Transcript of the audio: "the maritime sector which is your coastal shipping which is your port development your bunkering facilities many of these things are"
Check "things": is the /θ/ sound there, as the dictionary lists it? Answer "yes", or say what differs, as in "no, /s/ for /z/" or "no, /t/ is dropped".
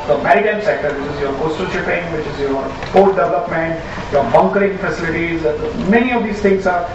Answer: no, /t/ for /θ/